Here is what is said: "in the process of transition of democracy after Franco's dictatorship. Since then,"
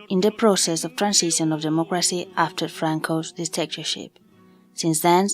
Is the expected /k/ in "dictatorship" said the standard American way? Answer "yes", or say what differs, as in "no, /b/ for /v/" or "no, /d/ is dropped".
no, /k/ is dropped